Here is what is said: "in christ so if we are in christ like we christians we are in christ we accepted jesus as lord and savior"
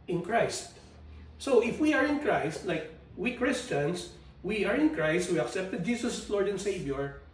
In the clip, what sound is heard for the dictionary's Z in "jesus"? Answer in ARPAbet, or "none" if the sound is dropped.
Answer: S